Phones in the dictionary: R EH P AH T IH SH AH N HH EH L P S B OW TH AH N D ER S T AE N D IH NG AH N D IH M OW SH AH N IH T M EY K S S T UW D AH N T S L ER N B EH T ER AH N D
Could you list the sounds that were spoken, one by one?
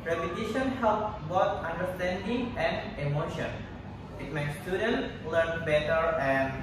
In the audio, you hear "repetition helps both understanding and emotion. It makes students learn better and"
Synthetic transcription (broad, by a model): R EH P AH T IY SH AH N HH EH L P B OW T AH N D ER S T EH N D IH NG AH N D IH M OW SH AH N IH T M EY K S S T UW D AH N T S L ER N B EH T ER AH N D